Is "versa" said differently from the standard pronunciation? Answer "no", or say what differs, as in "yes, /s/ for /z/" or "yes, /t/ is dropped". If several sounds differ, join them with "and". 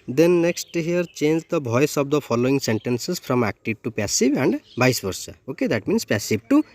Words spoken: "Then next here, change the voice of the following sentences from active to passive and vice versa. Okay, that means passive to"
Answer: yes, /b/ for /v/